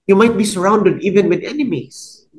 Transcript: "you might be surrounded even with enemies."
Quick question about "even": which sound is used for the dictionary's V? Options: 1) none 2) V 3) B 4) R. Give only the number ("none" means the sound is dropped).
2